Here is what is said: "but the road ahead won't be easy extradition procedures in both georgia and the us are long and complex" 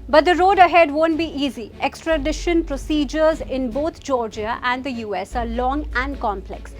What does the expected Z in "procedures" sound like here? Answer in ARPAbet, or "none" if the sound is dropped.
Z